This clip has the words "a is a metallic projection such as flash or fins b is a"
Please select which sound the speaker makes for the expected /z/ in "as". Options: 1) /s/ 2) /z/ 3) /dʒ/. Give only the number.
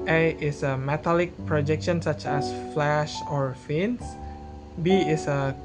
1